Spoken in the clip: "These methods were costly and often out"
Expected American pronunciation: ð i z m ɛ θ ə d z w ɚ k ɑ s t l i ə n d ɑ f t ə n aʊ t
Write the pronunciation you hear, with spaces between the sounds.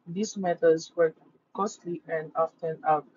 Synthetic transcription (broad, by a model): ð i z m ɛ t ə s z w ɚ k ɑ s t l i ə n d ɑ f t ə n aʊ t